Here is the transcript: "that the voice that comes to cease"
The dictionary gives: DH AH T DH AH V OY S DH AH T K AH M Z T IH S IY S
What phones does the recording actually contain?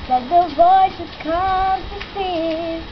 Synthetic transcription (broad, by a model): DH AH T DH AH V OY S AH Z K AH M T IH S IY